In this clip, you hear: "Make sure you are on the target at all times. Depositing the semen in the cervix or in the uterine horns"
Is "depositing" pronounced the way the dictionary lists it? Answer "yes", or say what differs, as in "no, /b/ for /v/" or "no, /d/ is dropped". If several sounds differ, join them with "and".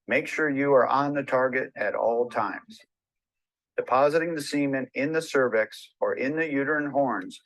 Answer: yes